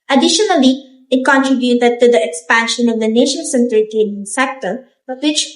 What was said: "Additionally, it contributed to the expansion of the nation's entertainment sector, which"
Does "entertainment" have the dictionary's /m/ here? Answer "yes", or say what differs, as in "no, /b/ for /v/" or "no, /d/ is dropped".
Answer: no, /m/ is dropped